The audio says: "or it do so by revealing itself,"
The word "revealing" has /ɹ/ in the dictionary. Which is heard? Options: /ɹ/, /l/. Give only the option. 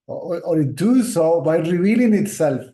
/ɹ/